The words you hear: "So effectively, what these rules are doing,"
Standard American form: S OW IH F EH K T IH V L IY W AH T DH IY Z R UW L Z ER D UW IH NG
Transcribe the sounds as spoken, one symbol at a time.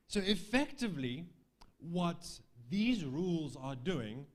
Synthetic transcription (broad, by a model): S OW IH F EH K T IH V L IY W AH T DH IY Z R UW L Z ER D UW IH NG